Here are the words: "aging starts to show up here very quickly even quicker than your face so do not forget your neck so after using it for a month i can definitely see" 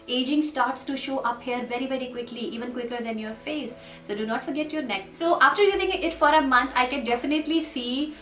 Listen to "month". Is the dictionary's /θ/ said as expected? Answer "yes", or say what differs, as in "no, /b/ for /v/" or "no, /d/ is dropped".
no, /t/ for /θ/